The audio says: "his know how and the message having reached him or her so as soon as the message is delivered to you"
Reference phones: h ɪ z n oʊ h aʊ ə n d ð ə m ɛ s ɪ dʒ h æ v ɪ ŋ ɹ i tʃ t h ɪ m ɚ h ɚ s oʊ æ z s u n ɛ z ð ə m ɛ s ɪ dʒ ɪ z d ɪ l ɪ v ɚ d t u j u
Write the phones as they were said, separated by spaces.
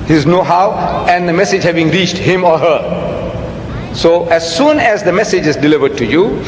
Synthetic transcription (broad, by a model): h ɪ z n oʊ h aʊ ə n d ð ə m ɛ s ɪ dʒ h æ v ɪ ŋ ɹ i tʃ t h ɪ m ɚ h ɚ s oʊ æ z s u n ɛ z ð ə m ɛ s ɪ dʒ ɪ z d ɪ l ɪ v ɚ d t u j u